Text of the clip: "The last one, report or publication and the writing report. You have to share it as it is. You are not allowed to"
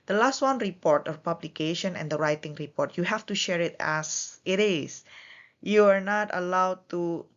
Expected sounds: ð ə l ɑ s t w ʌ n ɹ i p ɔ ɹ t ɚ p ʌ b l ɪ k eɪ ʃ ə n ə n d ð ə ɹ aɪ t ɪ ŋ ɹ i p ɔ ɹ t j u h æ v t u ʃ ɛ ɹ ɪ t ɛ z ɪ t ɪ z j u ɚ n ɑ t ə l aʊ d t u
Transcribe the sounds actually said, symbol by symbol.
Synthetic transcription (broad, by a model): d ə l ɑ s t w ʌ n ɹ i p ɔ ɹ t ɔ p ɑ b l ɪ k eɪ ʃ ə n ə n d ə ɹ aɪ t ɪ ŋ ɹ i p ɔ ɹ t j u h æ f t u ʃ ɛ ɹ ɪ t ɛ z ɪ t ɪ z j u ɚ n ɑ t ə l aʊ d t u